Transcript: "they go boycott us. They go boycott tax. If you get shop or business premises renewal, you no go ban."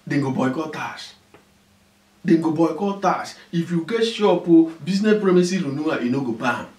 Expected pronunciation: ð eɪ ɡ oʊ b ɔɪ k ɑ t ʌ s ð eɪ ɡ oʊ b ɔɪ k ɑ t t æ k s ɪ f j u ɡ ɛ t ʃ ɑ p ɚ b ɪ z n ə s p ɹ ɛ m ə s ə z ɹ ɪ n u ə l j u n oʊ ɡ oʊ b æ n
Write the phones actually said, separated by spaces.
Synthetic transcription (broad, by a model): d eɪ ɡ oʊ b ɔɪ k ɑ t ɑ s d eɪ ɡ oʊ b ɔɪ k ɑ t t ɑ s ɪ f j u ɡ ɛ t ʃ ɑ p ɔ b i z n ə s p ɹ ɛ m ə s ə ɹ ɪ n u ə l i n oʊ ɡ oʊ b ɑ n